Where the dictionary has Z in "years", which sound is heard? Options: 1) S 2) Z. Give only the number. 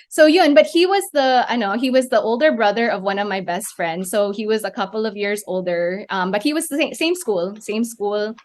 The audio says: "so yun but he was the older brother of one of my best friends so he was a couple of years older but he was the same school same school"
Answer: 2